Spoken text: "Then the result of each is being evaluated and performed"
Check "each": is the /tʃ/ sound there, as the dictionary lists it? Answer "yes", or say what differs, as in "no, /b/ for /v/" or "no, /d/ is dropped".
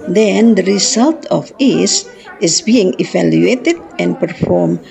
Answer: no, /s/ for /tʃ/